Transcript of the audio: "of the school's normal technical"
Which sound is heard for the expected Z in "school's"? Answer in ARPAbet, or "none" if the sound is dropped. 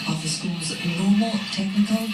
Z